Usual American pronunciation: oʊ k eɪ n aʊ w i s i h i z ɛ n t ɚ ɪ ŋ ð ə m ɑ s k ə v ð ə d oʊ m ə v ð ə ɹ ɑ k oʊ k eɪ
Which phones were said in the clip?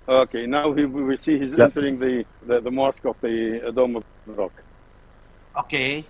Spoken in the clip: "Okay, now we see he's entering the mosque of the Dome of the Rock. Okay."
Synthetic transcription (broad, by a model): oʊ k eɪ n aʊ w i s i h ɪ z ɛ n t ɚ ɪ ŋ ð ə m ɑ s k ə v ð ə d oʊ m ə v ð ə ɹ ɑ k oʊ k eɪ